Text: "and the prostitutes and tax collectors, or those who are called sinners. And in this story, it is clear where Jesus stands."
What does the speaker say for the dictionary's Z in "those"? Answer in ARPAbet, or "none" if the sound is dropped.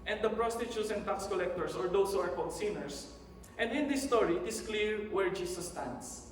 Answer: S